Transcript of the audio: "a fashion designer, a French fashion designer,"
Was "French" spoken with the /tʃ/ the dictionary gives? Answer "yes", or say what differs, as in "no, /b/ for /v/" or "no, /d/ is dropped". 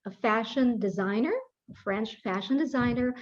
yes